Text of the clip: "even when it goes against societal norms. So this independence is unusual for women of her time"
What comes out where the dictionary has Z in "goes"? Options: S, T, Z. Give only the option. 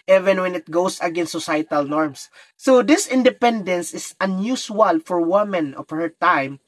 S